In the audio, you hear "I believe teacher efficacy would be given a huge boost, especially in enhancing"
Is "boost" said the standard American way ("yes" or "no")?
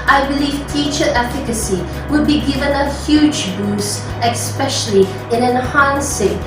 no